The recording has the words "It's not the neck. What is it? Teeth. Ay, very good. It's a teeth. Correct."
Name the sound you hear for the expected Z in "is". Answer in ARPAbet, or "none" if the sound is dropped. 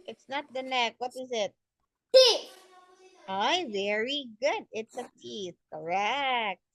Z